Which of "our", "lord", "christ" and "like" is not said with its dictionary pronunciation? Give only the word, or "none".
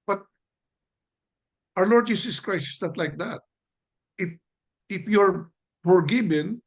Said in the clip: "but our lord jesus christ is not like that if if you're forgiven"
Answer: christ